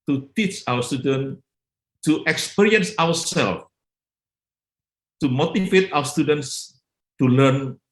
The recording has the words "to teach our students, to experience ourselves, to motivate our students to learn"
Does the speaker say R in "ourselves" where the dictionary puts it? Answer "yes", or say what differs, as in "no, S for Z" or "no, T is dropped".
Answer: no, W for R